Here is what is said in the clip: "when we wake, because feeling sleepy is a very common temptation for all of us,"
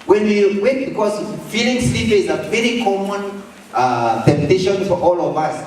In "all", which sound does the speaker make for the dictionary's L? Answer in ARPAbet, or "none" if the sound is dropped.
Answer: L